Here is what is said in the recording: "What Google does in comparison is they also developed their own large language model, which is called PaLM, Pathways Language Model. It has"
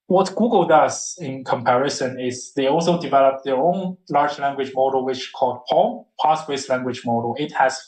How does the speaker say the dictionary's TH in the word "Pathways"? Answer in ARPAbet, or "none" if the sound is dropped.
S